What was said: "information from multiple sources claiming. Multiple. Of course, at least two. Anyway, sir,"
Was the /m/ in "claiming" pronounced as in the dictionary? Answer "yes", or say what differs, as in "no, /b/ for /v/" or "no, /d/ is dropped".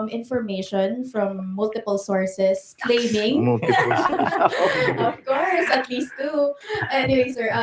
no, /m/ is dropped